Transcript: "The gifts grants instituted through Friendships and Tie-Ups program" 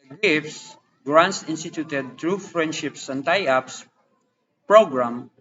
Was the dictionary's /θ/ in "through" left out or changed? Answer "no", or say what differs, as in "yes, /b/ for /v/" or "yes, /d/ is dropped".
yes, /t/ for /θ/